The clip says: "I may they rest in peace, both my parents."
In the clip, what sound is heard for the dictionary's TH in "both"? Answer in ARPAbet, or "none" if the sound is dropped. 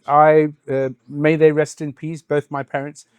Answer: TH